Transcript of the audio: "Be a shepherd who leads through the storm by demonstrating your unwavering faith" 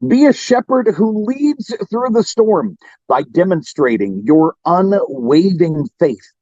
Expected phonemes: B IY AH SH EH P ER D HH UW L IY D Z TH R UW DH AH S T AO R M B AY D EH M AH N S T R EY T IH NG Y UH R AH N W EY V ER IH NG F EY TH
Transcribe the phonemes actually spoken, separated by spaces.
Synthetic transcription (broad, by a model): B IY AH SH EH P ER D HH UW L IY D Z TH R UW DH AH S T AO R M B AY D EH M AH N S T R EY T IH NG Y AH R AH N W EY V IH NG F EY TH